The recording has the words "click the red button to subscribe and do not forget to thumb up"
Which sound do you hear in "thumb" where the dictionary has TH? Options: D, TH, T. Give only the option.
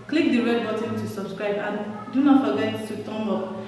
T